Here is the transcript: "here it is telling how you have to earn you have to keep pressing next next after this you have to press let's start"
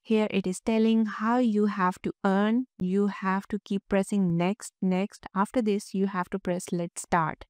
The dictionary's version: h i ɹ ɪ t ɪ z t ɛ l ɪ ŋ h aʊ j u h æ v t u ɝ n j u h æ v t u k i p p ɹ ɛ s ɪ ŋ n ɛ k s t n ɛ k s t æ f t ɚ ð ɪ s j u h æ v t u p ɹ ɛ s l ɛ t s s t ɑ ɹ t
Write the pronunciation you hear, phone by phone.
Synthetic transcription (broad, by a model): h i ɹ ɪ t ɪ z t ɛ l ɪ ŋ h aʊ j u h æ v t u ɝ n j u h æ v t u k i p p ɹ ɛ s ɪ ŋ n ɛ k s t n ɛ k s t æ f t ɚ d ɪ s j u h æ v t u p ɹ ɛ s l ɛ t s s t ɑ ɹ t